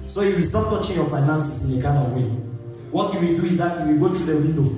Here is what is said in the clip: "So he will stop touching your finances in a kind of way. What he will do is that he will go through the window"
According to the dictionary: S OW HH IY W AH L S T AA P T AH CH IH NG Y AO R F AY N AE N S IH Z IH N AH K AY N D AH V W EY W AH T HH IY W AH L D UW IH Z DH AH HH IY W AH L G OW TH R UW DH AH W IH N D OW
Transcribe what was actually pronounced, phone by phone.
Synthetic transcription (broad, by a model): S OW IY W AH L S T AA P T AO CH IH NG Y AO F AY N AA N S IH S IH N AH K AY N AH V W EY W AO T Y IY W AH L D UW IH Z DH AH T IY W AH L G OW T R UW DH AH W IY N D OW